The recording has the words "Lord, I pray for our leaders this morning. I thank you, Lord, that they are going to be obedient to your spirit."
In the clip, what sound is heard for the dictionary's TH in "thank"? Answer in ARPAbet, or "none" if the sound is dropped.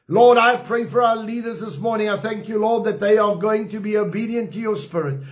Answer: TH